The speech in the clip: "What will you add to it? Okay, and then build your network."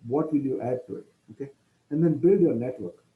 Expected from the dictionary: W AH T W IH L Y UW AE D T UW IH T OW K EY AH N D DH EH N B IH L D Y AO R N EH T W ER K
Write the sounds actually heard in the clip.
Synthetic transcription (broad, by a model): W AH T W IH L Y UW AE D T UW IH T OW K EY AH N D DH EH N B IH L D Y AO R N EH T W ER K